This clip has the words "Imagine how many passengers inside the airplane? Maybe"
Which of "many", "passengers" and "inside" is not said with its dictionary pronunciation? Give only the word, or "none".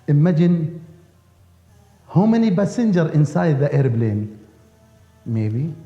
passengers